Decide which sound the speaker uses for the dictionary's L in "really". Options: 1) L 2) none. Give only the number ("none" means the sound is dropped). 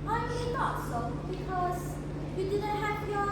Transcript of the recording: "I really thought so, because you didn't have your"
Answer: 2